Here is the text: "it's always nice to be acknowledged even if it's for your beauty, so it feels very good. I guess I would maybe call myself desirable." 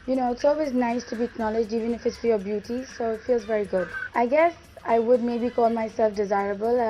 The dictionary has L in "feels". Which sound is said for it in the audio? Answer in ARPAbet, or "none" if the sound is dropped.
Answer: L